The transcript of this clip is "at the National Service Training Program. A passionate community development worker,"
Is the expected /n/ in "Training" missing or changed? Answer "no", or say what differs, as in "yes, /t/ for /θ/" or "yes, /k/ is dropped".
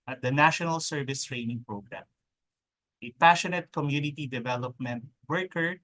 no